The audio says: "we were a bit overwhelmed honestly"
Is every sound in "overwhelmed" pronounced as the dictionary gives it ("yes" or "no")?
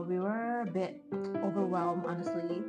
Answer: no